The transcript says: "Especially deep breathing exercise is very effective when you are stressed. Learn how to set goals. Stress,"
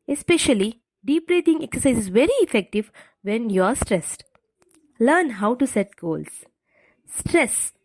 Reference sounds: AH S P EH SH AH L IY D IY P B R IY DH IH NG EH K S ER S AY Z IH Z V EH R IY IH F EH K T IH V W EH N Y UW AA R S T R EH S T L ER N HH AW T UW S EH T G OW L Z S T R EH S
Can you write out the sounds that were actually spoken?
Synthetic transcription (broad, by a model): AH S P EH SH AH L IY D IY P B R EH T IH NG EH K S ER S AY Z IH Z V EH R IY IH F EH K T IH V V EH N Y UW AA R S T R EH S T L ER N HH AW T UW S EH T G OW L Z S T R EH S